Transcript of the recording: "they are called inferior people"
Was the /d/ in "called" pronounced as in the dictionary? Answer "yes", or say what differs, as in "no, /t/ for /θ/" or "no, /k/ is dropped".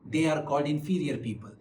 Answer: yes